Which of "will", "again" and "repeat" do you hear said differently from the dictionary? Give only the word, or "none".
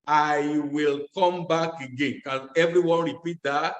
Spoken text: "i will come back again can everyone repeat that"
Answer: none